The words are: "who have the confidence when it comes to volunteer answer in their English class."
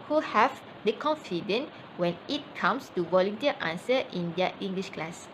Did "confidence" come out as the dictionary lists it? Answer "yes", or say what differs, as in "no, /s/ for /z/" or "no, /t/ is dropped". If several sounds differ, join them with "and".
no, /s/ is dropped